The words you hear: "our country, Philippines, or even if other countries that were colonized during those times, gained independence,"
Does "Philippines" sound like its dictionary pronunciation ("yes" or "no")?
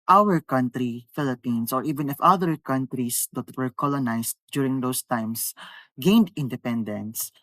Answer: no